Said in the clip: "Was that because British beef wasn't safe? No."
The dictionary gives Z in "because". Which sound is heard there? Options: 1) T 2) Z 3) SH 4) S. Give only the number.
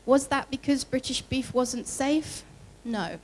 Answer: 2